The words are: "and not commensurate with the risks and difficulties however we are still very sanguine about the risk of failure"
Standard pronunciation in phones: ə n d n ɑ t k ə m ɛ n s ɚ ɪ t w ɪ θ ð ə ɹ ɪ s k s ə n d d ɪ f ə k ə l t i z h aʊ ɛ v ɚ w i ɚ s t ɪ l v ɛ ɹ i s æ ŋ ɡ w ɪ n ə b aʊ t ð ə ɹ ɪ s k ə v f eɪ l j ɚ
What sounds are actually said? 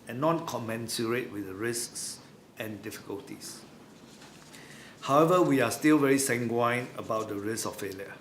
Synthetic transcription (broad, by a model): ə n n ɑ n k ə m ɛ n s ɚ ɪ t w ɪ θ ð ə ɹ ɪ s k s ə n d d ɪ f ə k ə l t i s h aʊ ɛ v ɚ w i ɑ s t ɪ l v ɛ ɹ i s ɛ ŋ ɡ w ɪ n ə b aʊ t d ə ɹ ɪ s ə f f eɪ l j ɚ